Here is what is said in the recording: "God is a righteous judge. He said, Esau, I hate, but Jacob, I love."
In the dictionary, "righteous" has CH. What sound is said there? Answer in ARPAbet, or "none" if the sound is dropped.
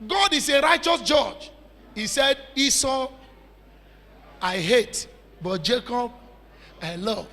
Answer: CH